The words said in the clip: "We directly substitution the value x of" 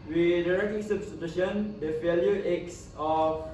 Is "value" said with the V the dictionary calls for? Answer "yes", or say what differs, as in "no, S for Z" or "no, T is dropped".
no, F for V